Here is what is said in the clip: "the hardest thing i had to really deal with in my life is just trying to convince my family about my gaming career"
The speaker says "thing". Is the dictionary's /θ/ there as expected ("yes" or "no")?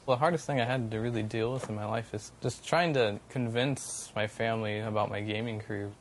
yes